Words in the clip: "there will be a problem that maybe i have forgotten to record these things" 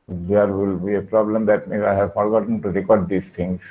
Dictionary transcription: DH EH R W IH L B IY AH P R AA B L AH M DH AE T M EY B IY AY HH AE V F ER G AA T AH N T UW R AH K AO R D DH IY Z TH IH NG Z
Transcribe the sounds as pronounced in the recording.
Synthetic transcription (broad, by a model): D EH R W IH L B IY AH P R AA B L AH M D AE T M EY IY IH HH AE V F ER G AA T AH N T UW R AH K AO R D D IY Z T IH NG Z